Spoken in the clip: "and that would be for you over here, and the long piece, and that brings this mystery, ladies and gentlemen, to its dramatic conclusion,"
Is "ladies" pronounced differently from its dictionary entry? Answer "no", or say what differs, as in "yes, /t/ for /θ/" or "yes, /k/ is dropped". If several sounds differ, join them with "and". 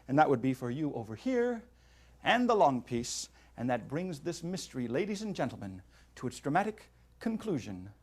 no